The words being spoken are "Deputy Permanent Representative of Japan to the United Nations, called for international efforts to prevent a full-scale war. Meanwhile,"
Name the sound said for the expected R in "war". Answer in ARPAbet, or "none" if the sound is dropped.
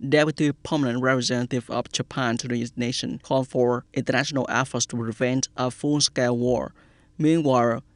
R